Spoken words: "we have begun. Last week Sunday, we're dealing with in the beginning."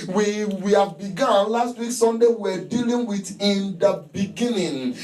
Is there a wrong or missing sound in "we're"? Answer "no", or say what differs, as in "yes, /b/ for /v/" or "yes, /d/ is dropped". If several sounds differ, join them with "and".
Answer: yes, /w/ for /ɹ/